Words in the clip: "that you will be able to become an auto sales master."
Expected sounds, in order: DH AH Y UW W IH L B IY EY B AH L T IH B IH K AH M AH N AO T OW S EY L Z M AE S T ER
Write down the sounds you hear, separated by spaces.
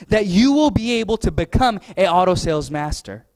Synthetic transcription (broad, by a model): DH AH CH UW W IH L B IY EY B L T IH B IH K AH M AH AO T OW S EY L Z M AE S T ER